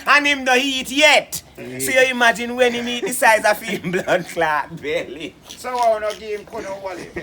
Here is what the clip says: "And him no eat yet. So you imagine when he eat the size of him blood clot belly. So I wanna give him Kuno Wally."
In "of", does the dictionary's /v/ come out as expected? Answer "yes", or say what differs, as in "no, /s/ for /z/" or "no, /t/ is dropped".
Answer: no, /f/ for /v/